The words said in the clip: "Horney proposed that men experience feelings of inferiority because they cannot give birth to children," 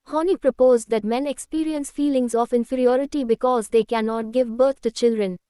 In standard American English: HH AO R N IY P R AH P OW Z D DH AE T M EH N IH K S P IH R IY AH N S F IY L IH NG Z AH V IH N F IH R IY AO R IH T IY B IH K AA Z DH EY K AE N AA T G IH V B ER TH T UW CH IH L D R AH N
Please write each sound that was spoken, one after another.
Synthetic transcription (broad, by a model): HH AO N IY P R AH P OW Z D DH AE T M EH N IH K S P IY R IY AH N S F IY L IH NG Z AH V IH N F IH R IY AO R IH T IY B IH K AA Z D EY K AE N AA T G IH V B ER T T UW CH IH L D R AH N